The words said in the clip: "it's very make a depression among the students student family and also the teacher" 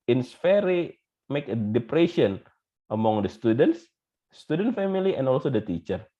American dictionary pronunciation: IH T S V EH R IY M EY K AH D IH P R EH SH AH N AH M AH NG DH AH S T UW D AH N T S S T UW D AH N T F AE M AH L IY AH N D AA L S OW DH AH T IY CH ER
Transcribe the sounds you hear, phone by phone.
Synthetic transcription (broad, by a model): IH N S F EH R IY M EY K AH D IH P R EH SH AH N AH M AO NG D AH S T UW D AH N T S S T UW D AH N T F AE M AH L IY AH N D AA L S OW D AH T IY CH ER